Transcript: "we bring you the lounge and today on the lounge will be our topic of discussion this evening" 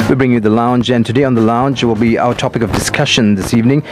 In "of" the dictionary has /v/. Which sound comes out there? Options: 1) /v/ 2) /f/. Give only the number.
1